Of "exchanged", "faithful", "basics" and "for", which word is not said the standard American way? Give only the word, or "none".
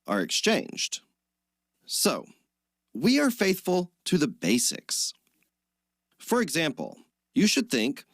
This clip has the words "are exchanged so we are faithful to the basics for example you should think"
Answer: none